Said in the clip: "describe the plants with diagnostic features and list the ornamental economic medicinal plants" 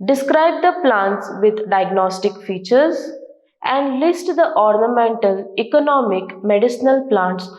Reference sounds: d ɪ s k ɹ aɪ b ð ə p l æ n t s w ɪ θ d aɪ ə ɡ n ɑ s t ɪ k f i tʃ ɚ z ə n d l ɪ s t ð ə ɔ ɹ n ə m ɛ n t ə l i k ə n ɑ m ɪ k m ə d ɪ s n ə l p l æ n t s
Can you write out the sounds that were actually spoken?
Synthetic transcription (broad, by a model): d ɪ s k ɹ aɪ b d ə p l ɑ n t s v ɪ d d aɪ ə ɡ n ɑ s t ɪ k f i tʃ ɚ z ə n d l ɪ s t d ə ɔ ɹ n ə m ɛ n t ə l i k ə n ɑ m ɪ k m ə d ɪ s n ə l p l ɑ n t s